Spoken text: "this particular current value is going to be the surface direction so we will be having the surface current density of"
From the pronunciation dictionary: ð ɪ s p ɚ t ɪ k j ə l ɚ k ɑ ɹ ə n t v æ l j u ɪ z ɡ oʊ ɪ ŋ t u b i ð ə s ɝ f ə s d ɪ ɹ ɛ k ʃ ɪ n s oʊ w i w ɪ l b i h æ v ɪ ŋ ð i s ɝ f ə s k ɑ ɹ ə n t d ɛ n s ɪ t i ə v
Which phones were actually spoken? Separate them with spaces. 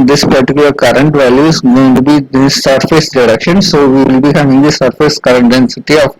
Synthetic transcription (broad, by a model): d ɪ s p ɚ t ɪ k j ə l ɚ k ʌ ɹ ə n t v æ l j u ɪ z ɡ oʊ ɪ ŋ t u b i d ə s ɝ f ə s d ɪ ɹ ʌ k ʃ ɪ n s oʊ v i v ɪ l b i h æ v ɪ ŋ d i s ɝ f ə s k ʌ ɹ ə n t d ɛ n s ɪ t i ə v